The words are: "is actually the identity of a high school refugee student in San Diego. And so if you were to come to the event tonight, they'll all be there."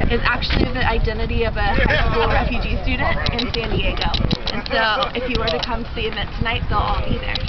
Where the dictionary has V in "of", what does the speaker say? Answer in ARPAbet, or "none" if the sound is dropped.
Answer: V